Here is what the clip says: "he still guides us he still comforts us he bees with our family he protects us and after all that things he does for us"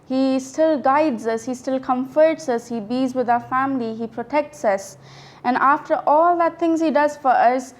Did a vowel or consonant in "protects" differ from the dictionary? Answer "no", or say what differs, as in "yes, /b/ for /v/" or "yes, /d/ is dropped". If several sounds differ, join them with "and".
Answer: no